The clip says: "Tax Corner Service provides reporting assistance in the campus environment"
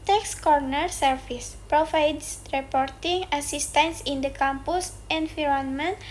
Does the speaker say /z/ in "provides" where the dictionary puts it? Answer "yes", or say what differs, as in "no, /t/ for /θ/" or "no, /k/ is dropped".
no, /s/ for /z/